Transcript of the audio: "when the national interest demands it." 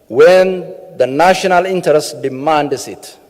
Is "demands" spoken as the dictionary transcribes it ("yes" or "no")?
no